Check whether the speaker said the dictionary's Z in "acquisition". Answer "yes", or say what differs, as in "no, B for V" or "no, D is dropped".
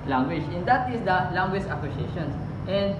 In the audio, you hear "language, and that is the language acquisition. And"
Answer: no, S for Z